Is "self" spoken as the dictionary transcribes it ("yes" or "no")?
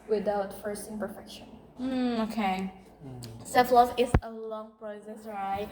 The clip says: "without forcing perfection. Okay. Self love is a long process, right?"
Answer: no